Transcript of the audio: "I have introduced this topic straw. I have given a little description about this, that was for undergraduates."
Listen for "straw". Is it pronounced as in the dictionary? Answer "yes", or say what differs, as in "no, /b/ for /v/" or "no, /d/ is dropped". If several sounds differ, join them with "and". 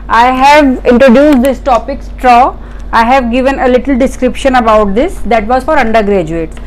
yes